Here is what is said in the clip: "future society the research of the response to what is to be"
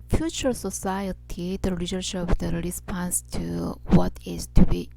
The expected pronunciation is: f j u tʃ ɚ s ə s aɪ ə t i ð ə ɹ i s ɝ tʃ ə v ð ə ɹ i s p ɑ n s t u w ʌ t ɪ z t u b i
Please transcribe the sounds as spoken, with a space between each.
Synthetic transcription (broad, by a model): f j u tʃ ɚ s ə s aɪ ə t i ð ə l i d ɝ ʃ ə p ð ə ɹ i s p ɑ n s t u w ʌ t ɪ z t u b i